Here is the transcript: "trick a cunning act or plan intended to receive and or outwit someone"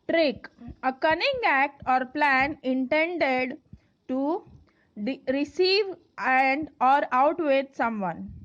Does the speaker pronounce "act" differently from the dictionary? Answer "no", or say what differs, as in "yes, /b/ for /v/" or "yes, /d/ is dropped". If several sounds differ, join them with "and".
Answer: no